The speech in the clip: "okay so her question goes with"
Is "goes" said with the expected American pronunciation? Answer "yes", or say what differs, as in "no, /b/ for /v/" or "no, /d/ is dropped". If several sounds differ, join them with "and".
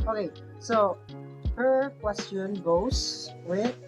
no, /s/ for /z/